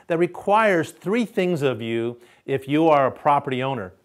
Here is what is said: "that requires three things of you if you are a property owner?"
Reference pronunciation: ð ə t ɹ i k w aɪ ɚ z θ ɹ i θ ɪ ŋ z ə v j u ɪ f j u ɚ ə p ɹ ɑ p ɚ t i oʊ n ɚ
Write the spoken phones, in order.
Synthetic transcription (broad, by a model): ð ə t ɹ i k w aɪ ɚ z θ ɹ i θ ɪ ŋ z ə v j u ɪ f j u ɚ ə p ɹ ɑ p ɚ t i oʊ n ɚ